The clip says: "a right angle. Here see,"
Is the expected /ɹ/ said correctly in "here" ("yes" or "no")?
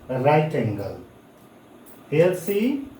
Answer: no